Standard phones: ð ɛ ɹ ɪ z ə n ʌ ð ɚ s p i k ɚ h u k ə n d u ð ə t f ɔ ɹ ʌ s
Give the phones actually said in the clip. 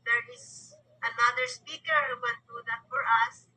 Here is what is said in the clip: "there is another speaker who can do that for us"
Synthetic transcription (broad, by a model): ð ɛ ɹ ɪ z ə n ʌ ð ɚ s p i k ɚ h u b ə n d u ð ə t f ɔ ɹ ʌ s